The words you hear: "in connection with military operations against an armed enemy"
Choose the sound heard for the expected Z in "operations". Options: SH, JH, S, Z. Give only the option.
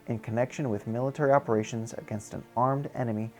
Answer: Z